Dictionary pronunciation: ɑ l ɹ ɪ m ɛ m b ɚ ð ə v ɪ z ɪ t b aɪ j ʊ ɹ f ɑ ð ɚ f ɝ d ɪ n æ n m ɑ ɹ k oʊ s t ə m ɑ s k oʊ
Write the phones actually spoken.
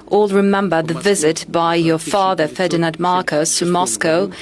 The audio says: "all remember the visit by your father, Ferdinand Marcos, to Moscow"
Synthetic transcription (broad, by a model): ɑ l ɹ ɪ m ɛ m b ɚ ð ə v ɪ z ɪ t b aɪ j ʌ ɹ f ɑ ð ɚ f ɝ d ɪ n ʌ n m ɑ ɹ k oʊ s t ə m ɑ s k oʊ